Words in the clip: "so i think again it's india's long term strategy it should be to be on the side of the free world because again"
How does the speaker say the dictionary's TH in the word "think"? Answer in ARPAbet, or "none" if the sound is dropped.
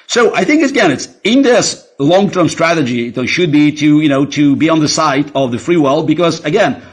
TH